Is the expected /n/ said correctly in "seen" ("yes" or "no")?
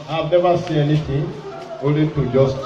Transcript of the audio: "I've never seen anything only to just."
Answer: no